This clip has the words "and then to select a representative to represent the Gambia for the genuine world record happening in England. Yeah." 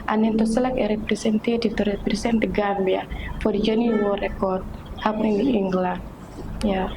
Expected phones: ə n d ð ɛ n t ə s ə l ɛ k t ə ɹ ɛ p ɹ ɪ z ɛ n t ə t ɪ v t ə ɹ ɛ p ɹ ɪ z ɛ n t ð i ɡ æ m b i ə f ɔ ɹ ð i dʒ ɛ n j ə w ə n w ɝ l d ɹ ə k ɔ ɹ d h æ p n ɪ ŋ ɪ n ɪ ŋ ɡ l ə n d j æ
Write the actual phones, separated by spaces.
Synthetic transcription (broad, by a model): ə n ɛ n t ə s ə l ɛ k ə ɹ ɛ p ɹ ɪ s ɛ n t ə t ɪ t ə ɹ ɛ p ɹ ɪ s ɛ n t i ɡ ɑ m b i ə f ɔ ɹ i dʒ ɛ n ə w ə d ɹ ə k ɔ ɹ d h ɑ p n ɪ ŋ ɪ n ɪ ŋ ɡ l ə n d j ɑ